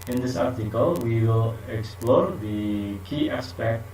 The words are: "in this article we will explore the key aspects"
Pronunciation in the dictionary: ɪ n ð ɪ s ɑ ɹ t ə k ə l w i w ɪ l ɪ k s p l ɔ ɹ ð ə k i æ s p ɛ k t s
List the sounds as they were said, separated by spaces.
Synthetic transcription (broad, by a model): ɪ n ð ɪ s ɑ ɹ t ə k ə l w i w ɪ l ɪ k s p l ɔ ɹ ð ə k i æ s p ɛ k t